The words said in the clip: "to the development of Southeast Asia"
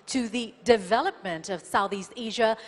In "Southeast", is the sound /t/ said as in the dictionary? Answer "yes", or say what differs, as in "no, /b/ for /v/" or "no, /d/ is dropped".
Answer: yes